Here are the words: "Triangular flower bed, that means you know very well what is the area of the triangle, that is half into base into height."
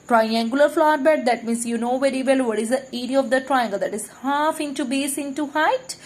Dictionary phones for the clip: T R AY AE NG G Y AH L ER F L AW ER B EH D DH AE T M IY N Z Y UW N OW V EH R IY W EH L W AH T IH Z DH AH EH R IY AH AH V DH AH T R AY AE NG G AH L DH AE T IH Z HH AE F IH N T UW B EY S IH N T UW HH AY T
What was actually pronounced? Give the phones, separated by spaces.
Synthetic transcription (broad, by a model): T R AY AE NG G Y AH L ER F L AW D B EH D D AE T M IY N S Y UW N OW V EH R IY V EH L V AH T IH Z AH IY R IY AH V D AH T R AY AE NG G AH L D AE T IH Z HH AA F IH N T UW B EY S IH N T UW HH AY T